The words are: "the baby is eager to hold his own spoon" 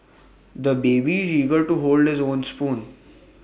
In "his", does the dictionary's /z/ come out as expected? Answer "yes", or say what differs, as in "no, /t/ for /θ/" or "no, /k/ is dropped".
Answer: yes